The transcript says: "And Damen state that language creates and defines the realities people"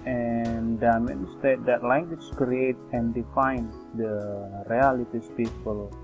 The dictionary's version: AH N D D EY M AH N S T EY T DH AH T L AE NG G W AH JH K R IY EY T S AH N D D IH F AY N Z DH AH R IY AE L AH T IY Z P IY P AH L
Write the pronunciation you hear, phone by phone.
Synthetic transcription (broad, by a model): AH N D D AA M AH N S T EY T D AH T L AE NG G W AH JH K R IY EY T AH N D D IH F AY N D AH R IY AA L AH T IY S P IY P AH L